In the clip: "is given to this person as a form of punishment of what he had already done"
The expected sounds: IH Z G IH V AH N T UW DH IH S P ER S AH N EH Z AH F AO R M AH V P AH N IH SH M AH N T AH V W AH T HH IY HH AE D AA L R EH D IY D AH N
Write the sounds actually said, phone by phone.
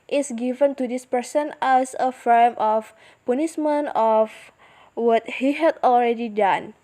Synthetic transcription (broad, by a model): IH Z G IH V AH N T UW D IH S P ER S AH N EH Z AH F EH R M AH F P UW N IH S M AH N AH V W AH T HH IY HH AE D AA L R EH D IY D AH N